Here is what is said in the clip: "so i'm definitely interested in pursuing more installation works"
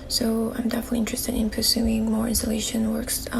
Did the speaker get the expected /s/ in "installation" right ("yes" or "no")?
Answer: yes